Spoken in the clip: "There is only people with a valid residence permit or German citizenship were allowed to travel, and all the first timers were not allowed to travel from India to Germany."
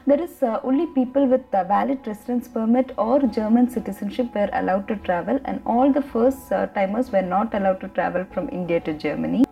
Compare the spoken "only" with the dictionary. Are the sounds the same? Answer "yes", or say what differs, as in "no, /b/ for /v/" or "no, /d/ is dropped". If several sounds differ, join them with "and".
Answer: no, /n/ is dropped